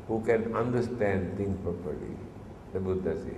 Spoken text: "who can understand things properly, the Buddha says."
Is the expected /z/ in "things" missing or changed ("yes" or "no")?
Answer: yes